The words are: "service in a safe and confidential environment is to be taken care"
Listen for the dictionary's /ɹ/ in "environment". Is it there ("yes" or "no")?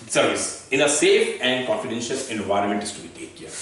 yes